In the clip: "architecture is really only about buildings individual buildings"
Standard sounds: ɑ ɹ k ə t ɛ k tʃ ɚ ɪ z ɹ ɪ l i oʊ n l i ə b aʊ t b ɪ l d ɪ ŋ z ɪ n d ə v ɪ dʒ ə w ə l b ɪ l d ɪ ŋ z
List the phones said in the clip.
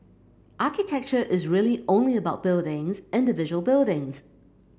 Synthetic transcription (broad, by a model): ɑ k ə t ɛ k tʃ ɚ ɪ z ɹ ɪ l i oʊ n l i ə b aʊ t b ɪ l d ɪ ŋ z ɪ n d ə v ɪ ʒ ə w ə l b ɪ l d ɪ ŋ z